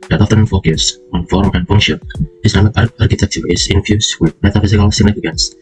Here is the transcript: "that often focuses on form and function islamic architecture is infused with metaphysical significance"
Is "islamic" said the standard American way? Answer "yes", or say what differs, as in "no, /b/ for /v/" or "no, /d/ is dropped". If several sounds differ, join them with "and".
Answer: no, /n/ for /l/